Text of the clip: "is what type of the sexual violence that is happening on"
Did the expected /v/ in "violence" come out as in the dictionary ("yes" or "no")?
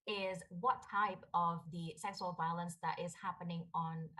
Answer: yes